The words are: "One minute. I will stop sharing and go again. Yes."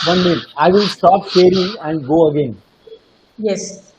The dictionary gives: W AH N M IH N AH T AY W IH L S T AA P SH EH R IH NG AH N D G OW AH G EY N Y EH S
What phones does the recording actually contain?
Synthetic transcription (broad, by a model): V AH N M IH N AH IH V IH L S T AA P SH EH R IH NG AH N D G OW AH G EY N Y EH S